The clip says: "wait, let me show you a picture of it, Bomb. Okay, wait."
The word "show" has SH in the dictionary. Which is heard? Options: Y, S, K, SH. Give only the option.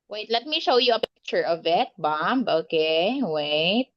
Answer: SH